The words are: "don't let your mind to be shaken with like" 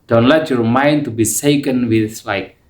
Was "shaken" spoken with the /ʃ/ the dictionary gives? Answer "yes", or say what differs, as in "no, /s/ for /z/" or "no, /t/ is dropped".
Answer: no, /s/ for /ʃ/